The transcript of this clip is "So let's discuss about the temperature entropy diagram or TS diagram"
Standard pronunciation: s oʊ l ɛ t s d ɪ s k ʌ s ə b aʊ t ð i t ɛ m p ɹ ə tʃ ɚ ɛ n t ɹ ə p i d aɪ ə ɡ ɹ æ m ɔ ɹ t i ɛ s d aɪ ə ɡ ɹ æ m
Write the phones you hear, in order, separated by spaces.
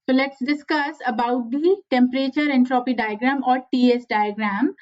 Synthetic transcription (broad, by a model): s oʊ l ɛ t s d ɪ s k ʌ s ə b aʊ t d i t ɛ m p ɹ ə tʃ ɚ ɛ n t ɹ ə p i d aɪ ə ɡ ɹ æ m ɔ ɹ t i ɛ s d aɪ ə ɡ ɹ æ m